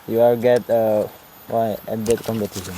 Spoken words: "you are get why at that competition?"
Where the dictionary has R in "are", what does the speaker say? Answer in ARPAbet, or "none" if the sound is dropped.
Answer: L